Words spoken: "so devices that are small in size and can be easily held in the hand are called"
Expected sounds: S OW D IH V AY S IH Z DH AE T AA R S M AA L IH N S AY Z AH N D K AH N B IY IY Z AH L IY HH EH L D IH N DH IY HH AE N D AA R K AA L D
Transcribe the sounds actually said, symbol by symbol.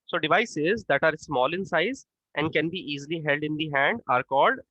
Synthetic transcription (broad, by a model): S OW D IH V AY S IH Z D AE T AA R S M AA L IH N S AY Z AH N D K AH N B IY IY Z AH L IY HH EH L D IH N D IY HH AE N D AA R K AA L D